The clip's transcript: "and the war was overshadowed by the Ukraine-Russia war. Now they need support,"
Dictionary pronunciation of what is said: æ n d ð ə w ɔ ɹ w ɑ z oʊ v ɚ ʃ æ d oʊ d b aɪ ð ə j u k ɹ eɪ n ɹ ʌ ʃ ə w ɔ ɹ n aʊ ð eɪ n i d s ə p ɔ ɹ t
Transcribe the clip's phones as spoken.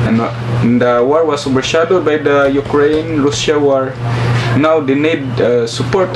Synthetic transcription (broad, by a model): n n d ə w ɔ ɹ w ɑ s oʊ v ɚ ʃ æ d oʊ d b aɪ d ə j u k ɹ eɪ n ɹ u s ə w ɔ ɹ n aʊ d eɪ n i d s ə p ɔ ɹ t